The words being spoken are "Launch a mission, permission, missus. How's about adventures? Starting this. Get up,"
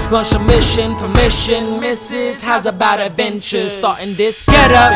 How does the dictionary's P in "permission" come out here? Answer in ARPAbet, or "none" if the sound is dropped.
F